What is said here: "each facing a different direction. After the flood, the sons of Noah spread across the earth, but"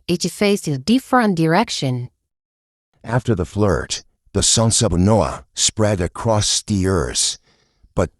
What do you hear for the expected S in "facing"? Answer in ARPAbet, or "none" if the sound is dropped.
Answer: none